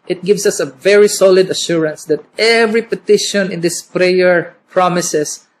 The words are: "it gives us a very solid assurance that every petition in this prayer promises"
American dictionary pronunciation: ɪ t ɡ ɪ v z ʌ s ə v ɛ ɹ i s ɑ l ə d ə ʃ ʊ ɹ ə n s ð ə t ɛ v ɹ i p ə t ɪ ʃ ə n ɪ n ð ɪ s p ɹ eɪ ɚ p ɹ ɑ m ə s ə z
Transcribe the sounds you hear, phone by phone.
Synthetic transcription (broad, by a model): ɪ t ɡ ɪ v s ʌ s ə v ɛ ɹ i s ɑ l ə d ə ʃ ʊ ɹ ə n s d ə t ɛ v ɹ i p ə t ɪ ʃ ə n ɪ n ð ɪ s p ɹ eɪ ɚ p ɹ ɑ m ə s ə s